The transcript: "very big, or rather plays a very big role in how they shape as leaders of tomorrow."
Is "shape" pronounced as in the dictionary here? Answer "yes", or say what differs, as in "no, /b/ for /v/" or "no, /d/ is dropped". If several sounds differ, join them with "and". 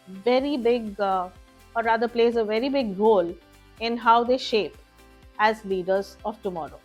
yes